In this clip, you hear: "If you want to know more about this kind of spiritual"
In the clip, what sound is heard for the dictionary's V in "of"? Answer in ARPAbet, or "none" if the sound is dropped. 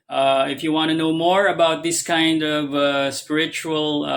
V